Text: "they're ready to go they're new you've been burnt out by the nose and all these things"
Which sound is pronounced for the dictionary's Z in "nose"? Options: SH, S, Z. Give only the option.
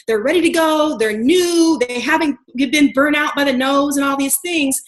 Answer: Z